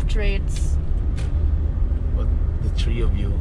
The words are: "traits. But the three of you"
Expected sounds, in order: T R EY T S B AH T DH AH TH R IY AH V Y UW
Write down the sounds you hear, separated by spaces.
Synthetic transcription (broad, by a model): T R EY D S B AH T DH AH T R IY AH V Y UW